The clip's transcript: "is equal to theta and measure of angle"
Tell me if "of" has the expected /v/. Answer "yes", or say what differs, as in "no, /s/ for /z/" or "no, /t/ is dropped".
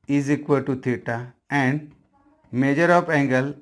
no, /p/ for /v/